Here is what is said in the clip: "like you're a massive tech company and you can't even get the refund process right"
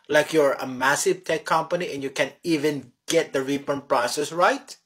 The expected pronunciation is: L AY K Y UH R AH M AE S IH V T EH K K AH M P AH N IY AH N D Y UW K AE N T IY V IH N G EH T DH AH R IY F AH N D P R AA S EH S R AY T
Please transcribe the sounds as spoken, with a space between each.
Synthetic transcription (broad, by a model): L AY K Y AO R AH M AE S IH V T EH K K AH M P AH N IY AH N Y UW K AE N IY V IH N G EH T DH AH R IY P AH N P R AA S EH S R AY T